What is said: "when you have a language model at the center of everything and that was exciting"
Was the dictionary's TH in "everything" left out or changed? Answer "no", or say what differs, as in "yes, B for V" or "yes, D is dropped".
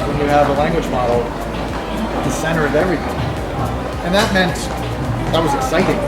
no